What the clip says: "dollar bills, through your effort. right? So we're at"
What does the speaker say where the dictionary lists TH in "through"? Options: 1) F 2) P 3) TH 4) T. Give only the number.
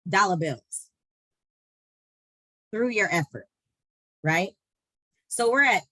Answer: 3